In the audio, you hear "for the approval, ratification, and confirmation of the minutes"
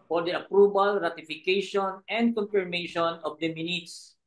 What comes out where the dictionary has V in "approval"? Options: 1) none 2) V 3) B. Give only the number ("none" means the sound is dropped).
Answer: 3